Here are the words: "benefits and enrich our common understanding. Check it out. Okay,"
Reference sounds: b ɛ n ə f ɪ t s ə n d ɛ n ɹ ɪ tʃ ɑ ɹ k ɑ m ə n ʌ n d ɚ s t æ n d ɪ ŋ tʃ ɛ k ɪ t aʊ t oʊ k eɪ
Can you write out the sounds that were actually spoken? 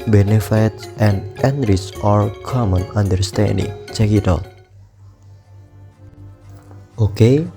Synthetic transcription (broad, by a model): b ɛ n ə f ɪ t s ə n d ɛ n ɹ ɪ s ɑ ɹ k ɑ m ə n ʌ n d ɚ s t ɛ n d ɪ ŋ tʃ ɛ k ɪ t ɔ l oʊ k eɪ